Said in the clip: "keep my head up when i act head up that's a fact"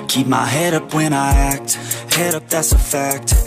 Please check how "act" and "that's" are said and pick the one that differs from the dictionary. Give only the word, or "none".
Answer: none